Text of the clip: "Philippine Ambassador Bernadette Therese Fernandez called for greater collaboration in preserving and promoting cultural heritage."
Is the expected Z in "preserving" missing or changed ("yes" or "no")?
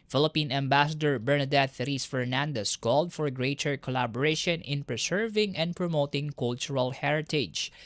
yes